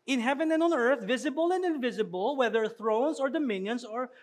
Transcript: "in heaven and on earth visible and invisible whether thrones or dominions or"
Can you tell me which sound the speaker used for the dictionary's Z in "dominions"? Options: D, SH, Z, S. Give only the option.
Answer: S